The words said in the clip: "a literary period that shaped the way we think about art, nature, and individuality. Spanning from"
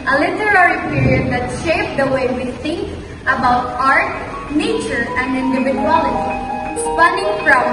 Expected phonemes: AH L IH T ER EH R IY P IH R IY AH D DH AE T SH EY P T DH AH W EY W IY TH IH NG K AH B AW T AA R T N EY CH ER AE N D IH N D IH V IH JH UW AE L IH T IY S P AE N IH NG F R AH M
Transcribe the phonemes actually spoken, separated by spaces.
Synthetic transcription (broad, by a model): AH L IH T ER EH R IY P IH R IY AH D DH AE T SH EY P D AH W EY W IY S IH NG AH B AW T AA R T N EY CH ER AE N D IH N D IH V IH JH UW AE L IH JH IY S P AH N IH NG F R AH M